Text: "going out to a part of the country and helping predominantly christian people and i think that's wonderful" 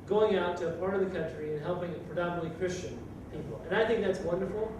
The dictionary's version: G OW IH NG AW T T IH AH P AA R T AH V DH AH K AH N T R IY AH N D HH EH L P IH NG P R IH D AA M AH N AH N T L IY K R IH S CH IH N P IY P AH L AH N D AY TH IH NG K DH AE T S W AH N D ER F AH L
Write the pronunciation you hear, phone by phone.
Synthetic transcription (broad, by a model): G OW IH NG AW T T IH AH P AA R T AH V DH AH K AH N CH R IY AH N HH EH L P IH NG P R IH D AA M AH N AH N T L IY K R IH S CH IH N P IY P L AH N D AY TH IH NG K DH AE T S W AH N D ER F L